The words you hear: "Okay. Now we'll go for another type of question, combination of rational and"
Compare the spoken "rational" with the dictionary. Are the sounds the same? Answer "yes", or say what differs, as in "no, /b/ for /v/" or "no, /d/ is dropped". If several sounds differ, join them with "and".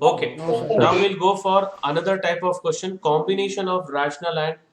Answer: yes